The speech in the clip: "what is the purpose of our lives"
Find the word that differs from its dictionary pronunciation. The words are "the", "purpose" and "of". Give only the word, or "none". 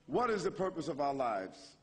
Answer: none